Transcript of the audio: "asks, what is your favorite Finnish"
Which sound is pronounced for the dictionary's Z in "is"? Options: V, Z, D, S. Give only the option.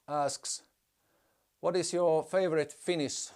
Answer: S